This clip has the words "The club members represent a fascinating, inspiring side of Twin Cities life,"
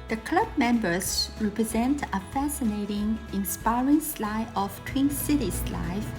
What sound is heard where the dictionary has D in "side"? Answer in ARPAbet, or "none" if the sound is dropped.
none